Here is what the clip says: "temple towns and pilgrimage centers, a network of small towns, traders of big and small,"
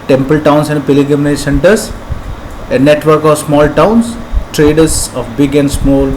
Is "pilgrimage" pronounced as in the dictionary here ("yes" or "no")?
no